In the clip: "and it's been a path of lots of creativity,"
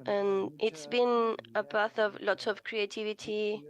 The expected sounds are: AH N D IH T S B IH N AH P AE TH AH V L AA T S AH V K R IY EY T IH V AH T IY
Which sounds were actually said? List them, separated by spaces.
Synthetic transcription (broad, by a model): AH N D IH T S B IH N AH B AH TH AH V L AA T AH V K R IY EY T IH V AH T IY